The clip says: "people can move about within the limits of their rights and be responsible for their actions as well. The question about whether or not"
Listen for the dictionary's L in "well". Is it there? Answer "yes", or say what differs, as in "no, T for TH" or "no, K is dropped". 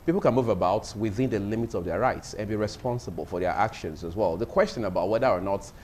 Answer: yes